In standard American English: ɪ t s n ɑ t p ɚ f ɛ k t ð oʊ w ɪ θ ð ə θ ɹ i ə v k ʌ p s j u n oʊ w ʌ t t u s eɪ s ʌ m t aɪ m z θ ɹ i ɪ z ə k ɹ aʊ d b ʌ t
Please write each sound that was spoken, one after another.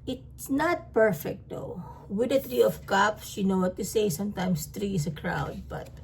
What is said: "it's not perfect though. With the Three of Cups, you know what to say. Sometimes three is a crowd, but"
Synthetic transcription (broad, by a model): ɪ t s n ɑ t p ɚ f ɛ k t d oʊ w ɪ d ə t ɹ i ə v k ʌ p s j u n oʊ w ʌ t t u s eɪ s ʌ m t aɪ m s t ɹ i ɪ s ə k ɹ aʊ d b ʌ t